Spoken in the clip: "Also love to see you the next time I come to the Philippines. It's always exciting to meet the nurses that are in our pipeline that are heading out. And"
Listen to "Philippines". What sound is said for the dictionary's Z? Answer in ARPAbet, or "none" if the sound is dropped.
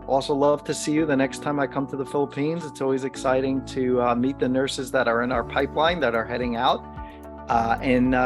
Z